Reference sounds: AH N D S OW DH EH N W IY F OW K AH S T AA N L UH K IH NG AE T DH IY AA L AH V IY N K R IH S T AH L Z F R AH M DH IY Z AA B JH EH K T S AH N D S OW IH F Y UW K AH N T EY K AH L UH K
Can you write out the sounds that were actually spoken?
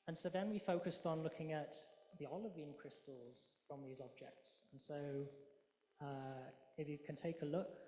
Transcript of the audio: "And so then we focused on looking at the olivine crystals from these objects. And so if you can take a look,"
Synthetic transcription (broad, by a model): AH N S OW DH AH N W IY F OW K AH S T N L UH K IH NG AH T DH IY AA L AH V IY N K R IH S T AH L Z F R AH M DH IY Z AA B JH EH K T S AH N S OW IH F Y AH K AH N T EY K AH L UH K